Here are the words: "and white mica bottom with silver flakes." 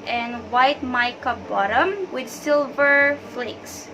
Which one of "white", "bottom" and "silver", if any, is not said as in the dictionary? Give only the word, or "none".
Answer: none